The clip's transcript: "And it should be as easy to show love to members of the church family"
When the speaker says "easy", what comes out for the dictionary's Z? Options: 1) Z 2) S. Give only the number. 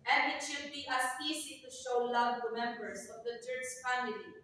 2